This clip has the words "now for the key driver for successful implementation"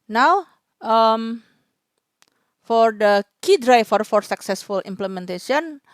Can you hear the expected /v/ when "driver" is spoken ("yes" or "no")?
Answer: no